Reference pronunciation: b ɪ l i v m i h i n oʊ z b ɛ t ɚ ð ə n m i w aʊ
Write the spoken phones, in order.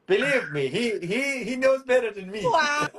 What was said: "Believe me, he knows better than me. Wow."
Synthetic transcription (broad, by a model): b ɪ l i v m i h i n oʊ z b ɛ t ɚ ð ə n m i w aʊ